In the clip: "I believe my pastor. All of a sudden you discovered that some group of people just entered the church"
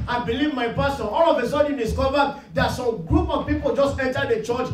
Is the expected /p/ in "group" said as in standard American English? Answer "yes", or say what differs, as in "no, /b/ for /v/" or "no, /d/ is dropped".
yes